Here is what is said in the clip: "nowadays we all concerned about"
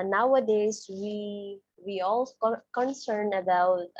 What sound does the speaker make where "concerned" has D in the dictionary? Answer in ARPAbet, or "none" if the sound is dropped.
none